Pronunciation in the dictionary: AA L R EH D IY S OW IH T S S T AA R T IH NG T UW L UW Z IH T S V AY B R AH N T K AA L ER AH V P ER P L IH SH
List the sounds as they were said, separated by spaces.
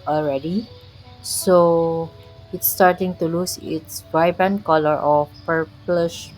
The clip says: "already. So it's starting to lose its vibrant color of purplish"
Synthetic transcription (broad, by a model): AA L R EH D IY S OW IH T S S T AA R T IH NG T UW L UW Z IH T S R AY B AH N K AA L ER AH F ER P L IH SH